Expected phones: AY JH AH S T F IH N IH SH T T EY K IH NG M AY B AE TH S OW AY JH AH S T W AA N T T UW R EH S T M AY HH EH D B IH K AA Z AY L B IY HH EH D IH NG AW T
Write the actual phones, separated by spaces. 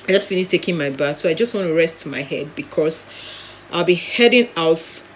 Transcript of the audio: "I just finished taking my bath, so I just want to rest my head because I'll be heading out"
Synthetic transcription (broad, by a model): AY JH AH S T F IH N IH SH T T EY K IH NG M AY B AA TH S OW AY JH AH S T W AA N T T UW R EH S T M AY HH EH D B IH K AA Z AY L B IY HH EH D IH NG AW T